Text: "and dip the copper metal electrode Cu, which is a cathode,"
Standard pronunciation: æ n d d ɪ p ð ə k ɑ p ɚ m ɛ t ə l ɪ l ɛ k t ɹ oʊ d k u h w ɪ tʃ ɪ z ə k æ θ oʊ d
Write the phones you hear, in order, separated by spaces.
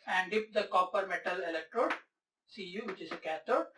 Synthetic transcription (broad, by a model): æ n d d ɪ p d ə k ɑ p ɚ m ɛ t ə l ɪ l ɛ k t ɹ oʊ d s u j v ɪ tʃ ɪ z ə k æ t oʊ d